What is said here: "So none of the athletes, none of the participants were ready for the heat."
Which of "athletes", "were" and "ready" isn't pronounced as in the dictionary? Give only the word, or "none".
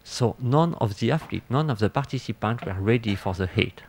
athletes